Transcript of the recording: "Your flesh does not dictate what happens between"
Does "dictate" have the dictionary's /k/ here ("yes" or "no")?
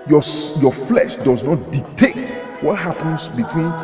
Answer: no